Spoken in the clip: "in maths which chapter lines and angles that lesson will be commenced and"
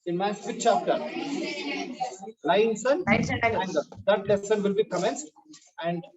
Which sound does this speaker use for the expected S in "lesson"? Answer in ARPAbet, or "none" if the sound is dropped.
S